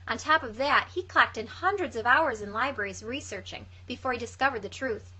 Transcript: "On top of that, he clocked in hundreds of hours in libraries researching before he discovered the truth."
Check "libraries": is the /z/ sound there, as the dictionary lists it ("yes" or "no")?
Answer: yes